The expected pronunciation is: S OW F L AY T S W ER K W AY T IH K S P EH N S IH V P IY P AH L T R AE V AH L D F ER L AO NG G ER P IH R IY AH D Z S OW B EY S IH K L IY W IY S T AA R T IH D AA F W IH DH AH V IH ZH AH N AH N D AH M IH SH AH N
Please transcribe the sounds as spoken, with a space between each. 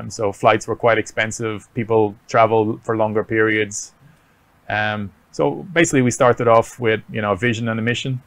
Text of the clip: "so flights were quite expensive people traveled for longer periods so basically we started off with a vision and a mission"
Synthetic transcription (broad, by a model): S OW F L AY T S W ER K W AY T IH K S P EH N S IH V P IY P AH L T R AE V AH L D F ER L AO NG G ER P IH R IY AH D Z S OW B EY S IH K L IY W IY S T AA R T IH D AA F W IH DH AH V IH ZH AH N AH N AH M IH SH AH N